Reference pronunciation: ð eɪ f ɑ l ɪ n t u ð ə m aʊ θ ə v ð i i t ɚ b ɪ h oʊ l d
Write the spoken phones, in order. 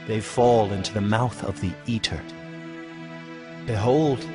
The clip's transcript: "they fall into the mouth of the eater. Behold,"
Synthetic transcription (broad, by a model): ð eɪ f ɑ l ɪ n t u ð ə m aʊ θ ə v ð i i t ɚ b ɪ h oʊ l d